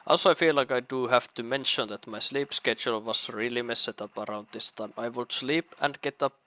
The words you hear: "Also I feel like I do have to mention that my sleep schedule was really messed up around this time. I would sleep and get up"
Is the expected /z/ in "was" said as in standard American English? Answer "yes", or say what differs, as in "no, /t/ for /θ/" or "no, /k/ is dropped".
no, /s/ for /z/